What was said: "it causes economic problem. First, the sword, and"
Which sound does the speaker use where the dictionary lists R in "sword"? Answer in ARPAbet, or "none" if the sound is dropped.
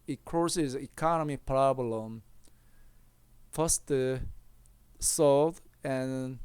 L